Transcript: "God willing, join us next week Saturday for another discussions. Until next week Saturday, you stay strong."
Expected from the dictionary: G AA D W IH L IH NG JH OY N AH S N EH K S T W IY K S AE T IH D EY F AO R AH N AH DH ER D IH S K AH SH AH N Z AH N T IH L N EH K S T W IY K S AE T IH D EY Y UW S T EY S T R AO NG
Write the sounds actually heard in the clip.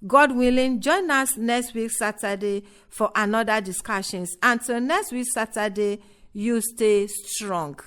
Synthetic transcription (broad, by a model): G AA D W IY L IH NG JH OY N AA S N EH K S T W IY K S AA T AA D EY F AO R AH N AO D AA D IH S K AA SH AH N S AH N T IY L N EH K S T W IY K S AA T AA D EY Y UW S T EY S T R AO NG